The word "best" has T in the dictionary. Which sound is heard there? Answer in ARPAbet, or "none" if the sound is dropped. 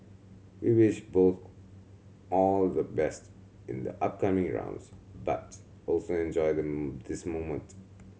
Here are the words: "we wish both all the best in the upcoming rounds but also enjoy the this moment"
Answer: T